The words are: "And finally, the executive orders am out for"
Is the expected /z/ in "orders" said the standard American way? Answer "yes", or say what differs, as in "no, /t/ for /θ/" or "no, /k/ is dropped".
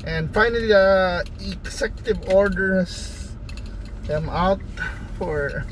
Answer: no, /s/ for /z/